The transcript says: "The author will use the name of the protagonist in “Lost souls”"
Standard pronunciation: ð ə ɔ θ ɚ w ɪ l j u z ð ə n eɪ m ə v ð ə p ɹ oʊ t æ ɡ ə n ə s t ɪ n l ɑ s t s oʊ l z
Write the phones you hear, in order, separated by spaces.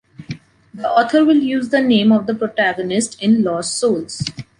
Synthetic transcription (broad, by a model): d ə ɔ t ɚ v ɪ l j u z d ə n eɪ m ə v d ə p ɹ oʊ t æ ɡ ə n ə s t ɪ n l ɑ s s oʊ l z